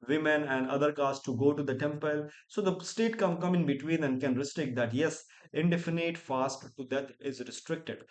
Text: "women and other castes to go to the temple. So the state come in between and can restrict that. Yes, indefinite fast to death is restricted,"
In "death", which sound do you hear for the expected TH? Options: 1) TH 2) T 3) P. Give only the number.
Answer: 2